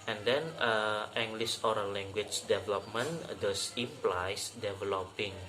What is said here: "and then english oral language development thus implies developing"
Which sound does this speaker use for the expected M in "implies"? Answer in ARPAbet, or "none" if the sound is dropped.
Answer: none